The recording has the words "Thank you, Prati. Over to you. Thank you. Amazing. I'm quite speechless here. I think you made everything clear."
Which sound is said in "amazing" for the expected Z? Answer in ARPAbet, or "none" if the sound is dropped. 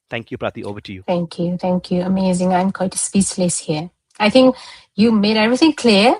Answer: Z